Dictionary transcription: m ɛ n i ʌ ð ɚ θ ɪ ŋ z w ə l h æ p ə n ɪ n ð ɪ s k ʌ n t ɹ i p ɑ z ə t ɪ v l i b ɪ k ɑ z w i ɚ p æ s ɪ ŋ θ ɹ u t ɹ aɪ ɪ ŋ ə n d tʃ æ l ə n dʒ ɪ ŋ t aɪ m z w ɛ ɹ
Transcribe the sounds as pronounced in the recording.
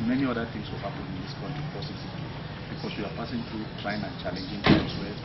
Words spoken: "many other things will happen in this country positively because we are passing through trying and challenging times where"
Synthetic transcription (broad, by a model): m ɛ n i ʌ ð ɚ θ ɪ ŋ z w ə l h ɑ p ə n ɪ n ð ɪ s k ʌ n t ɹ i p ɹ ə s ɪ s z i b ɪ k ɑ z w i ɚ p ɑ s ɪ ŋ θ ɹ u t ɹ aɪ ɪ ŋ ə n tʃ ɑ l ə n dʒ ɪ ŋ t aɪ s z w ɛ